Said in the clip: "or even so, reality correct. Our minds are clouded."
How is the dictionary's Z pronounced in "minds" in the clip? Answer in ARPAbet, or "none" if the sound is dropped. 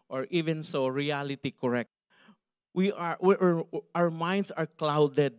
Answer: S